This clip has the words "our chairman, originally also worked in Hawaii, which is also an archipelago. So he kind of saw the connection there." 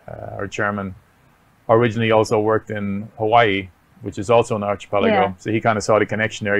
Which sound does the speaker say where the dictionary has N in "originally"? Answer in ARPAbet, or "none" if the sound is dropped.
N